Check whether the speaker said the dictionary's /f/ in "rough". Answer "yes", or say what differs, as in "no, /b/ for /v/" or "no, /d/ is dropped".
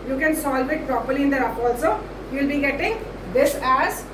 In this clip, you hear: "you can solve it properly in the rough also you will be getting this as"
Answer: no, /p/ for /f/